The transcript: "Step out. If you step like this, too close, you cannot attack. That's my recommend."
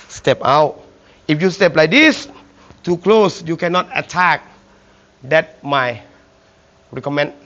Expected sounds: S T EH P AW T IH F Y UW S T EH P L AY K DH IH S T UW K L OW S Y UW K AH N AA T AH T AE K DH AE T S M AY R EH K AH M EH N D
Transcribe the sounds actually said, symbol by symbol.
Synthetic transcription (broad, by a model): S T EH P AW T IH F Y UW S T EH P L AY K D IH S T UW K L OW S Y UW K AH N AA T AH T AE K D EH T M AY R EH K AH M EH N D